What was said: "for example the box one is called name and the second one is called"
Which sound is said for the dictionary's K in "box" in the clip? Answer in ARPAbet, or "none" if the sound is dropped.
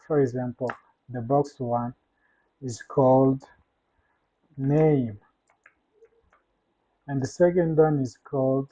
K